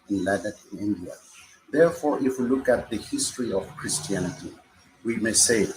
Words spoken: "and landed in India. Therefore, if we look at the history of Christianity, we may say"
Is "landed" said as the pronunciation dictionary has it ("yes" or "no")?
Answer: no